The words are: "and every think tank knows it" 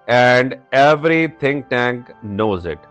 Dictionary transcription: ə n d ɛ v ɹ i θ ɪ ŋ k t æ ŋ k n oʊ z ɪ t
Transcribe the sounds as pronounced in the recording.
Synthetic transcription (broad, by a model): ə n d ɛ v ɹ i t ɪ ŋ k t æ ŋ k n oʊ z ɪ t